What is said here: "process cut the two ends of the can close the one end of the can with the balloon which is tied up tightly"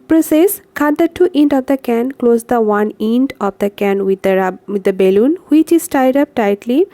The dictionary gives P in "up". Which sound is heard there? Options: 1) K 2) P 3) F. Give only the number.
2